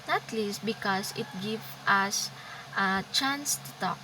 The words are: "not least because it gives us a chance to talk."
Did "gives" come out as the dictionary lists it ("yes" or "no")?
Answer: no